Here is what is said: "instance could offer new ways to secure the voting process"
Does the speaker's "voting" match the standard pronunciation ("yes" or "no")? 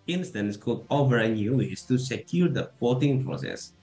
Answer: no